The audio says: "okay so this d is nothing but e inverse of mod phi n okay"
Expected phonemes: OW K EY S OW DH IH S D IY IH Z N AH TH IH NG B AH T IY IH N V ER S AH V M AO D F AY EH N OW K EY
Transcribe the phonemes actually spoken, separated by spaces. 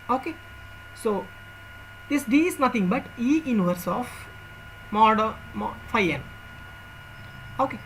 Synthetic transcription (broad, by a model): OW K EY S OW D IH S D IY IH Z N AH T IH NG B AH T IY IH N V ER S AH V M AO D F AY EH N OW K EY